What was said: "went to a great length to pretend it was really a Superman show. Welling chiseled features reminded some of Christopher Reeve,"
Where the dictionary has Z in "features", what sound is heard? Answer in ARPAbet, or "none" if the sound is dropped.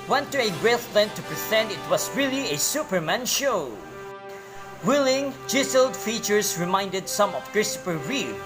S